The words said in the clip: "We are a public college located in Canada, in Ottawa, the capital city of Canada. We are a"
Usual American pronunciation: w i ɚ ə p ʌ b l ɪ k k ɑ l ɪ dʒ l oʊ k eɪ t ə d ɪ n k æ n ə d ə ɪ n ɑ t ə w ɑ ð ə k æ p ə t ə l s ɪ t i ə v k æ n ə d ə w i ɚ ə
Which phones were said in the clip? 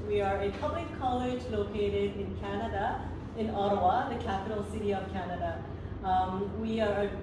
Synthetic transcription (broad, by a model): w i ɚ ə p ʌ b l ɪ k k ɑ l ɪ dʒ l oʊ k eɪ t ə d ɪ n k æ n ə d ə ɪ n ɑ t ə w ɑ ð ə k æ p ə t l s ɪ t i ə v k æ n ə d ə w i ɚ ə